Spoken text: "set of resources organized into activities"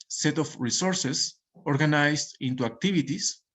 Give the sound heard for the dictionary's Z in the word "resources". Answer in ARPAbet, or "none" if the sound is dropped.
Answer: S